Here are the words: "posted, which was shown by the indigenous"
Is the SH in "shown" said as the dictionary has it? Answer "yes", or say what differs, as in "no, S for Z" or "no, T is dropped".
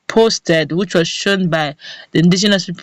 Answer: yes